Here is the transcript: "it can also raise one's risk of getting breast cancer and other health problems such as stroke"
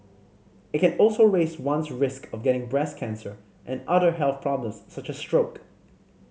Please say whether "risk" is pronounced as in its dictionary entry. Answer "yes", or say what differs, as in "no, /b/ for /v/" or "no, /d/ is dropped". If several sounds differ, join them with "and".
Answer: yes